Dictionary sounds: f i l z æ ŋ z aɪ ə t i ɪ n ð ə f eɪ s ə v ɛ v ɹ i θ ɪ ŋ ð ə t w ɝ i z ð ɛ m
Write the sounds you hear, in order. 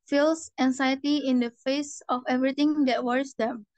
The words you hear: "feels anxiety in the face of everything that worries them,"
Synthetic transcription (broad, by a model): f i l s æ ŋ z aɪ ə t i ɪ n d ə f eɪ s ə f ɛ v ɹ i t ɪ ŋ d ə t w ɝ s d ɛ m